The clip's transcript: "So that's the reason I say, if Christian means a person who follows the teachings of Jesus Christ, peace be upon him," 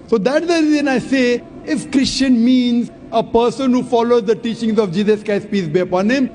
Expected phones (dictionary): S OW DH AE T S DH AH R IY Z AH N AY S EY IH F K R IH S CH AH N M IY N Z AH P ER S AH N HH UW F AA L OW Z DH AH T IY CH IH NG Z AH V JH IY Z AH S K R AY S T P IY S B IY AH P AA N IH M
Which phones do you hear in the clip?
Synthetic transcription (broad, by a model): S OW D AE T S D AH R IY Z AH N AY S EY IH F K R IH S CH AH N M IY N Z AH P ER S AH N HH UW F AA L OW Z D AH T IY CH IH NG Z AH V JH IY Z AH S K AY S P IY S B IY AH P AA N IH M